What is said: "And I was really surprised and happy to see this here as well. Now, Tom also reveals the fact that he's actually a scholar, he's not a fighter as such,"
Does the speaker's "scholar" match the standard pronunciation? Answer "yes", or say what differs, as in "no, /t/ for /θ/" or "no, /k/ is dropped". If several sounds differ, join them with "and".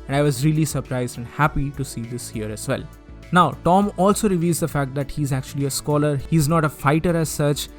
yes